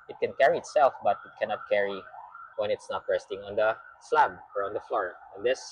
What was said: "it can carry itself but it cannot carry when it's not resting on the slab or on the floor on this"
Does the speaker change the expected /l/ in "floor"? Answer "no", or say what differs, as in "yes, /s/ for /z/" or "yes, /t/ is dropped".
no